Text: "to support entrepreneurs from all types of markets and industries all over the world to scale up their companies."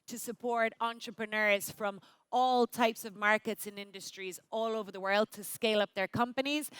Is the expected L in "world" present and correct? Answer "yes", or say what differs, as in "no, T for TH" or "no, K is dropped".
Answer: yes